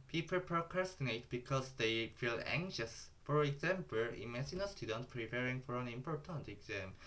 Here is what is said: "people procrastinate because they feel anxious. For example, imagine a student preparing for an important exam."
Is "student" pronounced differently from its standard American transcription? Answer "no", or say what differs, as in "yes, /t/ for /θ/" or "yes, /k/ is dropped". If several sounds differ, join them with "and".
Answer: no